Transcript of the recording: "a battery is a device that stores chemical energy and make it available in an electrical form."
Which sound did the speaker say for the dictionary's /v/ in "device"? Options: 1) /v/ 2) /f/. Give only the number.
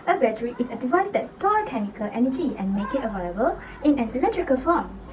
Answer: 1